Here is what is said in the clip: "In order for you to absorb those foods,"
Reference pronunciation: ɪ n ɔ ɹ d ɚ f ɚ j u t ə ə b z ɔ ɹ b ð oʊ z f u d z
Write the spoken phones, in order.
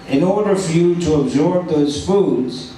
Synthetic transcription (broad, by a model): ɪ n ɔ ɹ d ɚ f ɚ j u t ə ə b z ɔ ɹ b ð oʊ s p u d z